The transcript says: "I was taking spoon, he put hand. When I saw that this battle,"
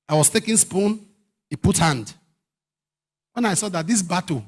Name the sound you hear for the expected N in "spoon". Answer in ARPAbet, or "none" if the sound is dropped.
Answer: N